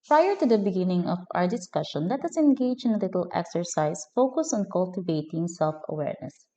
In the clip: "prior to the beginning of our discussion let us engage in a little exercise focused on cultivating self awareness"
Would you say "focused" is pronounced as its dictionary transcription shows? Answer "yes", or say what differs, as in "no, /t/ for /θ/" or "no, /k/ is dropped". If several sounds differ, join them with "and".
no, /t/ is dropped